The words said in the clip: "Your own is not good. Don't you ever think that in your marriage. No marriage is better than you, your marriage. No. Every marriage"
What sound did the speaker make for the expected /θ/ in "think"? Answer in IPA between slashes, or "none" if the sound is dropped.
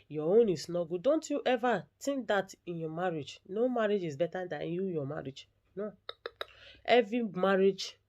/t/